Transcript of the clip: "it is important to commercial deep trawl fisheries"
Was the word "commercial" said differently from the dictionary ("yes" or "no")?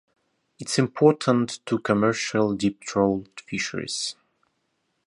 no